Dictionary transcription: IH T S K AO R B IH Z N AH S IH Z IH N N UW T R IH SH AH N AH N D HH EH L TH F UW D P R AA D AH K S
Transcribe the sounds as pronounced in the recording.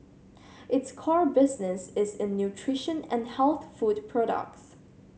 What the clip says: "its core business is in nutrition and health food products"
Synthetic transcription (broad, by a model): IH T S K AO R B IH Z N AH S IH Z IH N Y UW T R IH SH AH N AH N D HH EH L TH F UW D P R AA D AH K S